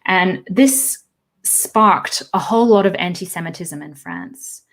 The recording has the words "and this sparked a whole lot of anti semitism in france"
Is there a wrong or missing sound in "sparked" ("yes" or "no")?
no